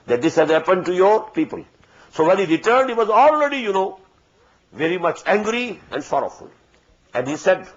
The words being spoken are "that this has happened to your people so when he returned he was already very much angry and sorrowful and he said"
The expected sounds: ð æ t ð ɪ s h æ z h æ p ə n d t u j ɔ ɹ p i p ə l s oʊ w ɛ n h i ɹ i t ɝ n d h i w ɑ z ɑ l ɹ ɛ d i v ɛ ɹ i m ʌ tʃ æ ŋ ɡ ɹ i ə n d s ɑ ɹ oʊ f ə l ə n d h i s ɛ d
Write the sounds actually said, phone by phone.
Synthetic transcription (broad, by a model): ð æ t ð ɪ s h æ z h æ p ə n d t u j ɔ ɹ p i p ə l s oʊ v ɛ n h i ɹ i t ɝ n d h i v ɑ z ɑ l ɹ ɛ d i v ɛ ɹ i m ʌ tʃ æ ŋ ɡ ɹ i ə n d s ɑ ɹ oʊ f ə l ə n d h i s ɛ d